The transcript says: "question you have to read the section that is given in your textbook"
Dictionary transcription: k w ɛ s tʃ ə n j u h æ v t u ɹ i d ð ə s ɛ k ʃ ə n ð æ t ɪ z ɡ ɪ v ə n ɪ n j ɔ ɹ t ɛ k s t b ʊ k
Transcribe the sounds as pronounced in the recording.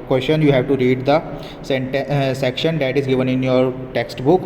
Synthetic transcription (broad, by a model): k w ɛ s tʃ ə n j u h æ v t u ɹ i d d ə s ɛ k ʃ ə n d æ t ɪ z ɡ ɪ v ə n ɪ n j ɔ ɹ t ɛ k s t b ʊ k